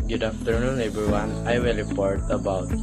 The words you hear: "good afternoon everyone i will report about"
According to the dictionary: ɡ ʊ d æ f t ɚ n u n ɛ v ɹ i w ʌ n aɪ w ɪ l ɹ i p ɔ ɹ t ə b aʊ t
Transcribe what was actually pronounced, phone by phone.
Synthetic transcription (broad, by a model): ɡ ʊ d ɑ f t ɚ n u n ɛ b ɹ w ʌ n aɪ w ɪ l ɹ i p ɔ ɹ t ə b aʊ t